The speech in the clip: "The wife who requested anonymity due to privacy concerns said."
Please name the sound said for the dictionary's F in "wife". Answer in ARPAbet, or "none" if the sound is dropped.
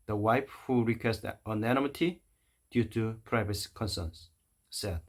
P